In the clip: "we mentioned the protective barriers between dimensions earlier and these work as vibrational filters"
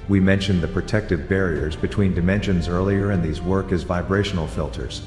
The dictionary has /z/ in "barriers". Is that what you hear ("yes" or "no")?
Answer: yes